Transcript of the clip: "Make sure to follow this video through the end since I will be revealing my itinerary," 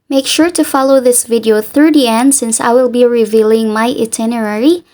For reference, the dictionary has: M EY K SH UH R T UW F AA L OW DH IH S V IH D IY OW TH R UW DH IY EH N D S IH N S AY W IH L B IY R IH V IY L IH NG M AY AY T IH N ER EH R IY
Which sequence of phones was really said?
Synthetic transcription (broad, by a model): M EY K SH UH R T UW F AA L OW DH IH S V IH D IY OW TH R UW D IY EH N D S IH N S AY W IH L B IY R IH V IY L IH NG M AY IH T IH N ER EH R IY